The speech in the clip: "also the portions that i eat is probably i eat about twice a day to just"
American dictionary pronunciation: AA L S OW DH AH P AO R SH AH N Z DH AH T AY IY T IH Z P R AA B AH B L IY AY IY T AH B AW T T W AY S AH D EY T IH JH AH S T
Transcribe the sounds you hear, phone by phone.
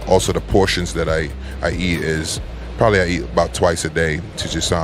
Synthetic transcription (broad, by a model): AA L S OW DH AH P AO R SH AH N Z DH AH T AY IY T IH Z P R AA B AH B L IY AY IY T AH B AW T T W AY S AH D EY T IH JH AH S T